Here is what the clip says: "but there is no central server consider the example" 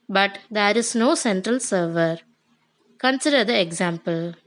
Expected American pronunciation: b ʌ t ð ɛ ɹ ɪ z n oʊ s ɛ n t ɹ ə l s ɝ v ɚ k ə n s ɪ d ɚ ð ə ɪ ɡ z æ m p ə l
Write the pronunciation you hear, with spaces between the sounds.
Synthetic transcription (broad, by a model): b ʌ t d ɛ ɹ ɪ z n oʊ s ɛ n t ɹ ə l s ɝ v ɚ k ə n s ɪ d ɚ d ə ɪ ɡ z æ m p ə l